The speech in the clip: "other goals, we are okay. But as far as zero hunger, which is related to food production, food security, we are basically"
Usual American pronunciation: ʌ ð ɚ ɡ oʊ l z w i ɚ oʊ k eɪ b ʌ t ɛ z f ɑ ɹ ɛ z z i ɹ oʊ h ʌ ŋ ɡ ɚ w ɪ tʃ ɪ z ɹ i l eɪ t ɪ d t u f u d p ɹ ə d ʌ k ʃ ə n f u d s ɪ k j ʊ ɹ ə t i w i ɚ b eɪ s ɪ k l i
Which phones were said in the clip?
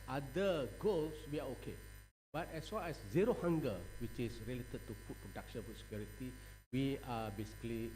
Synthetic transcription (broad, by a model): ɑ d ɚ ɡ oʊ l s w i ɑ oʊ k eɪ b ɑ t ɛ s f ɑ l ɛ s z i ɹ oʊ h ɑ ŋ ɡ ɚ w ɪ tʃ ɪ s ɹ i l eɪ t ɪ d t u p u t p ɹ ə d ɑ k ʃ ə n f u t s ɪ k j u ɹ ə t i w i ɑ b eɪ s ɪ k l i